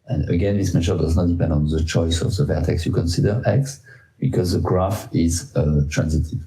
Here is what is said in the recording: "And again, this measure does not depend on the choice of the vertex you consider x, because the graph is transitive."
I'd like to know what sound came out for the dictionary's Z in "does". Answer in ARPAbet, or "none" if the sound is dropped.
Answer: Z